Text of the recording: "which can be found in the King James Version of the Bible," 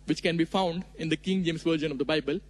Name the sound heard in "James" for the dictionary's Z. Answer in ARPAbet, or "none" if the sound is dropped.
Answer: S